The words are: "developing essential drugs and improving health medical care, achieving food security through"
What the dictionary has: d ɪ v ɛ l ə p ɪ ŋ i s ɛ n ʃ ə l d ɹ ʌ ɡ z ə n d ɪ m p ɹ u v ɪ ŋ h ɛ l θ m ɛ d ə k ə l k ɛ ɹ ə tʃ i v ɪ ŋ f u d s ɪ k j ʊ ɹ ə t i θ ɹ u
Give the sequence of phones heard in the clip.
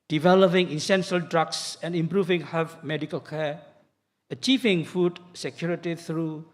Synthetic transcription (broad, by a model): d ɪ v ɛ l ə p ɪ ŋ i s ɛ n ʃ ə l d ɹ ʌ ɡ s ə n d ɪ m p ɹ u v ɪ ŋ h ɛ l f m ɛ d ə k ə l k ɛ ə tʃ i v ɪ ŋ f u d s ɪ k j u ɹ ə t i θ ɹ u